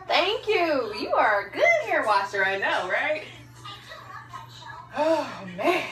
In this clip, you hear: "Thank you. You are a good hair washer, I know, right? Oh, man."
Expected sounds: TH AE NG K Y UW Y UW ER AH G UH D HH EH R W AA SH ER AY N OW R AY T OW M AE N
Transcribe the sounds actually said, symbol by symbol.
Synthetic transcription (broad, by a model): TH AE NG K Y UW Y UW ER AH G UH D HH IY R W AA S ER AY N OW R AY T OW M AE